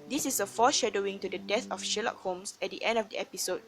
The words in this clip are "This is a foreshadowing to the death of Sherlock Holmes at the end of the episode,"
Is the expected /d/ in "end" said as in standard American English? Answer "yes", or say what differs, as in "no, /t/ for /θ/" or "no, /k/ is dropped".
yes